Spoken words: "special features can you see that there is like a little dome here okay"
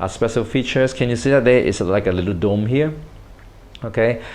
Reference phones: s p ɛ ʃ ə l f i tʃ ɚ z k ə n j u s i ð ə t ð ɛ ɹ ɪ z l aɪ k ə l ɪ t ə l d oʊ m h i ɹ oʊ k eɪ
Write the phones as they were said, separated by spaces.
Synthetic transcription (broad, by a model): s p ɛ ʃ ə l f i tʃ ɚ s k ə n j u s i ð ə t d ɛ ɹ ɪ s l aɪ k ə l ɪ t ə l d oʊ m h i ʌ oʊ k eɪ